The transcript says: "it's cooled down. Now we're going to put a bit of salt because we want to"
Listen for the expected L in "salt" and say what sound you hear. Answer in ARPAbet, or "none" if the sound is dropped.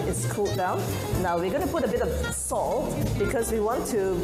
L